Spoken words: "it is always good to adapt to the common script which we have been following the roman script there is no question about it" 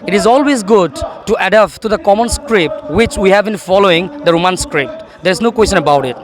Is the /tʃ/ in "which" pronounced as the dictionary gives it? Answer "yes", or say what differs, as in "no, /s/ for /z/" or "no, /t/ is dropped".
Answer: yes